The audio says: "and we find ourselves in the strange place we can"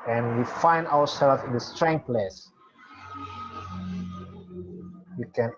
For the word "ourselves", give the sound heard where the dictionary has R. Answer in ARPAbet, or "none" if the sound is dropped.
W